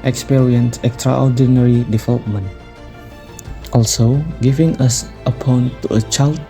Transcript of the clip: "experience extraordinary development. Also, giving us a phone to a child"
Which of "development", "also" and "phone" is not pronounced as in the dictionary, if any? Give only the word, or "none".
phone